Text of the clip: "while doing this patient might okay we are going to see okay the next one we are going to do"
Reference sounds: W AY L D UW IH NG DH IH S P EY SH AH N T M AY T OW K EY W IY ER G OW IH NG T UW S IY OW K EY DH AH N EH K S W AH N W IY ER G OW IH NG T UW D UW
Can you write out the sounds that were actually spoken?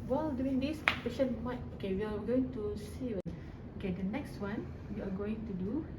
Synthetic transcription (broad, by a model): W AY L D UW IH NG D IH S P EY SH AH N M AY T OW K EY W IY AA G OW IH NG T UW S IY OW K EY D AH N EH K S W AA N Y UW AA G OW IH NG T UW D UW